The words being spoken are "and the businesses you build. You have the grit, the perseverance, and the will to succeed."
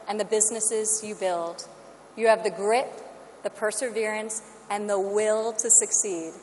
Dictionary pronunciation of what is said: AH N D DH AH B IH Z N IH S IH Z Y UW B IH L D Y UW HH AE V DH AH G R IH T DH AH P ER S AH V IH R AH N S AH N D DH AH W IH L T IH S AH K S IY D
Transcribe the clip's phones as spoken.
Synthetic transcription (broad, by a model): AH N DH AH B IH Z N IH S IH Z Y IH B IH L D Y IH V DH AH G R IH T DH AH P ER S AH V IH R AH N S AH N DH AH W IH L T IH S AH K S IY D